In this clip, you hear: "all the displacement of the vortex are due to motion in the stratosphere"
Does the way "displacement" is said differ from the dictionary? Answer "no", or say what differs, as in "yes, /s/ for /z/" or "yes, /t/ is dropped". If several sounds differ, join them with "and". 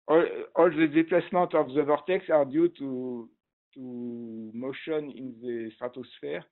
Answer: yes, /s/ is dropped and /n/ is dropped